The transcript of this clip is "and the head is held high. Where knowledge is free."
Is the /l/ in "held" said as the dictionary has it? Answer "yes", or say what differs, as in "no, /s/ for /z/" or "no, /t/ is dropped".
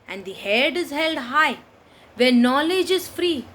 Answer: yes